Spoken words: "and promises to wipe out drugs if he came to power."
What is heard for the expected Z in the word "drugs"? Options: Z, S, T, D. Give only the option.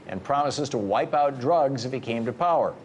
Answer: Z